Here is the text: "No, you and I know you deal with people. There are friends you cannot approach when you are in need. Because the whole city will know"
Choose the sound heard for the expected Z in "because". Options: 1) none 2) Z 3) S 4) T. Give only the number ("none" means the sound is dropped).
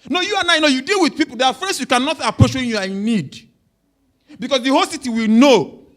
3